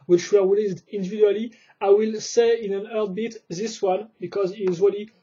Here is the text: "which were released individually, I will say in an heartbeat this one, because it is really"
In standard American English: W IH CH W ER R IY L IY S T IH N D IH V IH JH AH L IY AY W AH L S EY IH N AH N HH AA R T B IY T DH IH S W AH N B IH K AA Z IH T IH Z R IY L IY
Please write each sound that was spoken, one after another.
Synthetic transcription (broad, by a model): W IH CH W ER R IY L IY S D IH N D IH V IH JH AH L IY AY W AH L S EY IH N AH N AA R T B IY T DH IH S W AH N B IH K AA Z IH T IH Z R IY L IY